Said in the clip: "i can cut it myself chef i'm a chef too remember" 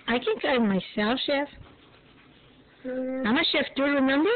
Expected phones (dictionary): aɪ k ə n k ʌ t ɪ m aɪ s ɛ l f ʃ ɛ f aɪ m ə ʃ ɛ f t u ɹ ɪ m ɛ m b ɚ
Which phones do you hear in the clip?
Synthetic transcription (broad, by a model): aɪ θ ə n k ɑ ɪ m aɪ s ɛ l f ʃ ɛ f aɪ m ə ʃ ɛ f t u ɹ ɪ m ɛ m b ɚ